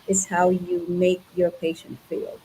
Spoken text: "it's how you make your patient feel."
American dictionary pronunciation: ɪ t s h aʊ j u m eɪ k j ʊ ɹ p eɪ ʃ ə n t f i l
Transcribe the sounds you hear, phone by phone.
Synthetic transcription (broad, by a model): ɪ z h aʊ j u m eɪ k j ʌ ɹ p eɪ ʃ ə n t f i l